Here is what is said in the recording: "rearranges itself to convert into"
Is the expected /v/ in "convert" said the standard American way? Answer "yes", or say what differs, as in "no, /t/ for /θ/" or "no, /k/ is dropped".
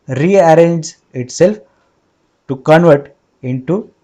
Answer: yes